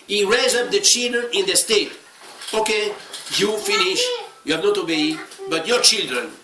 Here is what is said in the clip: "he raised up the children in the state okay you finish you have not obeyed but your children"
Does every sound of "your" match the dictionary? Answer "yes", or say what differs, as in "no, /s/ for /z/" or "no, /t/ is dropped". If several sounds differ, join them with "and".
yes